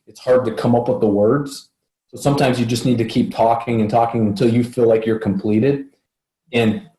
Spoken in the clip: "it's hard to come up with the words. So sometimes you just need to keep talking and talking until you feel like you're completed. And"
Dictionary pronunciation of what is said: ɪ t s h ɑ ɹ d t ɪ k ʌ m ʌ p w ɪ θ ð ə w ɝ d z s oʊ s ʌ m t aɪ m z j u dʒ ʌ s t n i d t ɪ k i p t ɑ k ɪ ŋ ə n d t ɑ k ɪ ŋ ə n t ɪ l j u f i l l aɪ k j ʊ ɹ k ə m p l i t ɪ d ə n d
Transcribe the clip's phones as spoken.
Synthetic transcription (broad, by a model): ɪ t s h ɑ ɹ d t ɪ k ʌ m ʌ p w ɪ ð ə w ɝ d z s oʊ s ʌ m t aɪ m z j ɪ dʒ ʌ s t n i d t ɪ k i p t ɑ k ɪ ŋ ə n t ɑ k ɪ ŋ ə n t ɪ l j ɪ f i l l aɪ k j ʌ ɹ k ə m p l i t ɪ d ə n